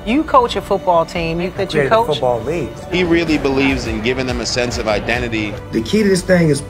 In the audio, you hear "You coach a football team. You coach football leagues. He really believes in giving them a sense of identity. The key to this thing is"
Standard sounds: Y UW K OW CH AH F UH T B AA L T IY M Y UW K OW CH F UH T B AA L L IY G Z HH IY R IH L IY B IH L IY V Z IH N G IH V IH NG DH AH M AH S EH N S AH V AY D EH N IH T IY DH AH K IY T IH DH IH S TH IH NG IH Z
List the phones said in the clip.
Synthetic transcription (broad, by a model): Y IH K OW CH AH F UH T B AA L T IY M Y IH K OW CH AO UH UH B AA L L IY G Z HH IY R IH L IY B IH L IY V Z IH N G IH V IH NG DH AH M AH S EH N S AH V AY D EH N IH T IY DH AH K IY T IH DH IH S TH IH NG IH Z